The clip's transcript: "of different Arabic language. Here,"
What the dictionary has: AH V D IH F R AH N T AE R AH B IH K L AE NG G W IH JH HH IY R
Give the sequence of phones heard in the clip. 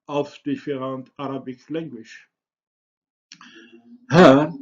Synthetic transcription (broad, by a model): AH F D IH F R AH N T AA R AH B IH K L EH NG G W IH SH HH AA